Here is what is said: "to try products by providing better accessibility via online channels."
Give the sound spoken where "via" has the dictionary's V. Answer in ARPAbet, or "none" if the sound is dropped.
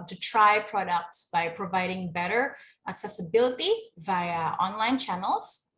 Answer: V